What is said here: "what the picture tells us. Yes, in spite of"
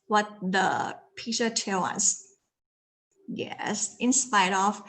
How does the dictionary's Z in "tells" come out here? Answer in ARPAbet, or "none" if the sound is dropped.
none